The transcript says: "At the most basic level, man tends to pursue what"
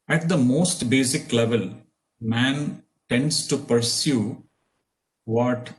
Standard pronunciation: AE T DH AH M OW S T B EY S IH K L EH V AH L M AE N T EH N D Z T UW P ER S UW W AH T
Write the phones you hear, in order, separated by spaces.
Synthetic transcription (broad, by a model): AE T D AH M OW S T B EY S IH K L EH V AH L M AE N T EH N D S T UW P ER S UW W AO T